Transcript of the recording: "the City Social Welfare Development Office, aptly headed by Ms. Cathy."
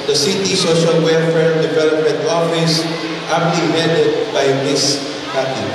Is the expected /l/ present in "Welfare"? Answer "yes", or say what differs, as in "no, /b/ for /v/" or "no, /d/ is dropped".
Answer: no, /l/ is dropped